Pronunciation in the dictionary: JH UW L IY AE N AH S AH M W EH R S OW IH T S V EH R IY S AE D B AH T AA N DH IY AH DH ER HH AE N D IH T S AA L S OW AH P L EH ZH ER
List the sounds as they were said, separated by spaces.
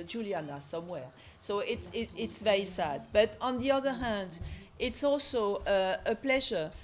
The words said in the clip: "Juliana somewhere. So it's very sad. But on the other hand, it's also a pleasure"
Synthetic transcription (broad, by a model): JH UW L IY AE N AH S AH M W EH R S OW IH T S V EH R IY S AE D B AH T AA N DH IY AH DH ER HH AE N D IH T S AA L S OW AH P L EH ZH ER